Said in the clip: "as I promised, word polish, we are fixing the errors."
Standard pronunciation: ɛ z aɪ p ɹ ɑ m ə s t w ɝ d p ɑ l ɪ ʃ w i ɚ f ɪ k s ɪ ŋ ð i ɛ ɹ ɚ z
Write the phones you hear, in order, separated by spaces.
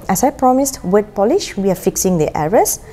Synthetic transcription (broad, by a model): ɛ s aɪ p ɹ ɑ m ə s t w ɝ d p ɑ l ɪ ʃ w i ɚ f ɪ k s ɪ ŋ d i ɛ ɹ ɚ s